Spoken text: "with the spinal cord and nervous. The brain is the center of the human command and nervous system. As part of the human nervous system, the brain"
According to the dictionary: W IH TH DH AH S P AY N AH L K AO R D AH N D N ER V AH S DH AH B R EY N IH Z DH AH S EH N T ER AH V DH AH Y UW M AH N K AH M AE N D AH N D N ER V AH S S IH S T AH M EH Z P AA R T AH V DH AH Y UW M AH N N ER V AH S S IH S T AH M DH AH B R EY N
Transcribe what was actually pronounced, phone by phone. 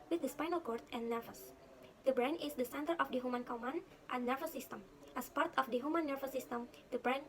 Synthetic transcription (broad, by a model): W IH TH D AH S P AY N AH L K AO R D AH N N ER V AH S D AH B R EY N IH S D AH S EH N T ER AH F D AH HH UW M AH N K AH M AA N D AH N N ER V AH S S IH S T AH M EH S P AA R T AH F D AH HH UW M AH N N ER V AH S S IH S T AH M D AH B R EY N